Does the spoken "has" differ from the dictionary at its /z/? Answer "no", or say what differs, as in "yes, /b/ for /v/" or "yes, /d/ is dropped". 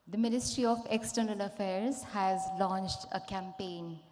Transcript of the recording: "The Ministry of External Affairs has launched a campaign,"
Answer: no